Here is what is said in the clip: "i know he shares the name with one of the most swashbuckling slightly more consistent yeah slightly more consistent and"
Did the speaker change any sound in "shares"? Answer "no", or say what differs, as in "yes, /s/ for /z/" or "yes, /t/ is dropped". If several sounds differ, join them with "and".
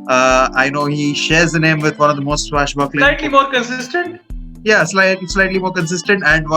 no